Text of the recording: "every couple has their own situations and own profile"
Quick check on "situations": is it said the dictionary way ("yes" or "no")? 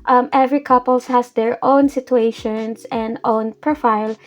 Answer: no